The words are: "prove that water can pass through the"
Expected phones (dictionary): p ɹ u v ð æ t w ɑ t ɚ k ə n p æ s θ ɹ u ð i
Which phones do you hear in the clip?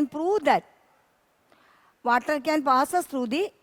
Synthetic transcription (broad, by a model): p ɹ u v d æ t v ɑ t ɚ k ə n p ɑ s s ɹ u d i